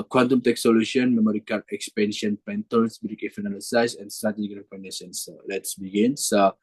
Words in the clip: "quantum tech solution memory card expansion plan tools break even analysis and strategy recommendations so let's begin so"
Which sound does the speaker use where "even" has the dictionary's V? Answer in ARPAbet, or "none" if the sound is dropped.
F